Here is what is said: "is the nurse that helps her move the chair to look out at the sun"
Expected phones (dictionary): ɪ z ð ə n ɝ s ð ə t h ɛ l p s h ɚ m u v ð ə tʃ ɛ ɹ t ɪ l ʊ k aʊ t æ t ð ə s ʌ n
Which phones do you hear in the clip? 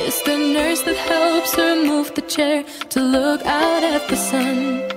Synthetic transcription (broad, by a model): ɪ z ð ə n ɝ s ð ə t h ɛ l p s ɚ m u v ð ə tʃ ɛ ɹ t ɪ l ʊ k aʊ t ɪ t ð ə s ʌ n